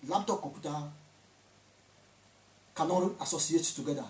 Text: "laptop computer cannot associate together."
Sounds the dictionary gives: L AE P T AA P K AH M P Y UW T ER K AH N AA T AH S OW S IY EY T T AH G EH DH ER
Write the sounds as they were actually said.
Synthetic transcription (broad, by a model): L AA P T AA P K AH P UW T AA K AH N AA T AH S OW S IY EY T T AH G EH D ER